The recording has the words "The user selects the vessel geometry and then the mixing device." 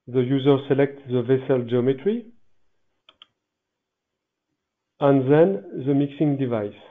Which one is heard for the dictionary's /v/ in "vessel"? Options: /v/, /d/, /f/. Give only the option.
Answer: /v/